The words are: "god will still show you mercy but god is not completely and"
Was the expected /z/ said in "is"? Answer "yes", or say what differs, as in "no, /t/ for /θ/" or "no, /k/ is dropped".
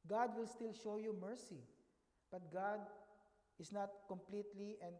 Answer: no, /s/ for /z/